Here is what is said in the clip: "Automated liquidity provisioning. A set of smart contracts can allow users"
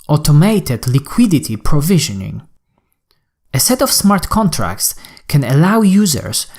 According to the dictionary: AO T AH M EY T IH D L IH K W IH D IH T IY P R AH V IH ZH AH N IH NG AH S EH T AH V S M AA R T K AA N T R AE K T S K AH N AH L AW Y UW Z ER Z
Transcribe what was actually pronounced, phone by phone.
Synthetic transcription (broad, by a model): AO T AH M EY T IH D L IH K W IH D IH T IY P R AH V IH ZH AH N IH NG AH S EH T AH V S M AA R T K AA N T R AE K T S K AH N AH L AW Y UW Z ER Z